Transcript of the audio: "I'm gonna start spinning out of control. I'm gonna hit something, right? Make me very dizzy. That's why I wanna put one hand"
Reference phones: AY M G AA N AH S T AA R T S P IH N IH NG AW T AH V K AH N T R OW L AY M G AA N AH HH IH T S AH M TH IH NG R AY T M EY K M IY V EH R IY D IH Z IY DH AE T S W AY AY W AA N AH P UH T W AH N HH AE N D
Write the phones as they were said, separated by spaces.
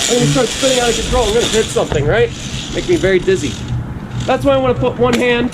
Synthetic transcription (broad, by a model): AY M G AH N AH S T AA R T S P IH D IH NG AW T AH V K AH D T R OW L AY M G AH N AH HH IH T S AH M TH IH NG R AY T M EY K M IY V EH R IY D IH Z IY DH AE T S W AY AY W AA N AH P UH T W AH N HH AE N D